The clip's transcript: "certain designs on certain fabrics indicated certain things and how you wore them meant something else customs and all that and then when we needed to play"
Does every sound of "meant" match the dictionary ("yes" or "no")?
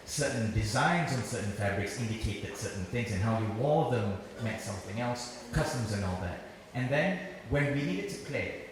no